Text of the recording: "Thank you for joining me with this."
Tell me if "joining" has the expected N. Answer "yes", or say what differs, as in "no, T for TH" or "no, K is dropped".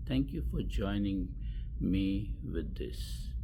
yes